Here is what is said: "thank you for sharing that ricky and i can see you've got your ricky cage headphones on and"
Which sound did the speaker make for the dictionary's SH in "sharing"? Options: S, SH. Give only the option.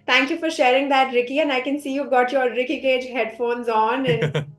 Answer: SH